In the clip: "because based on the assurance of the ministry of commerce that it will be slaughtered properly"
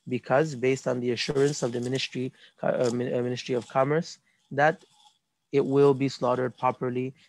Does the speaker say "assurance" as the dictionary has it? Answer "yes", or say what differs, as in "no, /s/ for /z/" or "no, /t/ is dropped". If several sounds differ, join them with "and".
yes